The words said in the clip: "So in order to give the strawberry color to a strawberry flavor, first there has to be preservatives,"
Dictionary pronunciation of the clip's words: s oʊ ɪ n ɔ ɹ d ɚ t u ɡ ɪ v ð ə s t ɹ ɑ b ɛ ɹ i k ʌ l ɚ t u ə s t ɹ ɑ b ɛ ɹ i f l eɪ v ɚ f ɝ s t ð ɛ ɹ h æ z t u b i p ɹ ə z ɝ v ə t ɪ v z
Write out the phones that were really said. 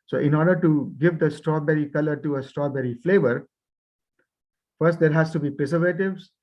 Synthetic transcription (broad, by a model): s oʊ ɪ n ɔ ɹ d ɚ t u ɡ ɪ v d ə s t ɹ ɑ b ɛ ɹ i k ʌ l ɚ t u ə s t ɹ ɑ b ɛ ɹ i f l eɪ v ɚ f ɝ s t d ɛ ɹ h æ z t u b i p ɹ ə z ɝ v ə t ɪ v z